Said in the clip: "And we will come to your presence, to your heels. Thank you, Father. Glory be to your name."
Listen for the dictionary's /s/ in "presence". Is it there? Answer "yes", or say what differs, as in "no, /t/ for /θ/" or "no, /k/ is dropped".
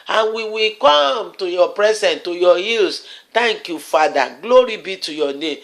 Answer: no, /s/ is dropped